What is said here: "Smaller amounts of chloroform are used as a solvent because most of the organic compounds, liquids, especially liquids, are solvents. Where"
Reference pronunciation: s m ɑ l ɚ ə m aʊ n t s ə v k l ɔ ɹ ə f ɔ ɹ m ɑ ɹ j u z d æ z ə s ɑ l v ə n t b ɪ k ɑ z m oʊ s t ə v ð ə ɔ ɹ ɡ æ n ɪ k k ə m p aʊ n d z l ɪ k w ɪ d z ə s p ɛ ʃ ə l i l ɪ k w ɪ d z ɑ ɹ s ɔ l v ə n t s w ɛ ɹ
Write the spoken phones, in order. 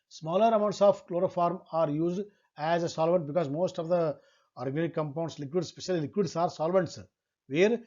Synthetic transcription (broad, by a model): s m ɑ l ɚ ə m aʊ n t s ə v k l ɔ ɹ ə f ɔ ɹ m ɑ ɹ j u z d æ z ə s ɑ l v ə n t b ɪ k ɑ z m oʊ s t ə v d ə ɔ ɹ ɡ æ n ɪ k k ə m p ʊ n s l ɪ k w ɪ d s p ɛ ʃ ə l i l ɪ k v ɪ d s ɑ ɹ s ɔ l v ə n t s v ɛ ɹ